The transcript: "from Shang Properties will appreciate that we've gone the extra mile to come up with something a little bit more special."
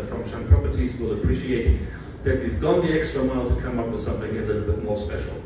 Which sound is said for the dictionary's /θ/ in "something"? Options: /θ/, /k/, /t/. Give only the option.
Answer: /θ/